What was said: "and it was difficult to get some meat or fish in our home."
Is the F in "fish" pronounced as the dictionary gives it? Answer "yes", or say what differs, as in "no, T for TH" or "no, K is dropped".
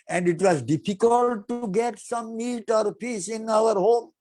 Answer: no, P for F